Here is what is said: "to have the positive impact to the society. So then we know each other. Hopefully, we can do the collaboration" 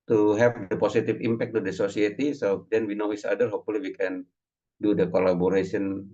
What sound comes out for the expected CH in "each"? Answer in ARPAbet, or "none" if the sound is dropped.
S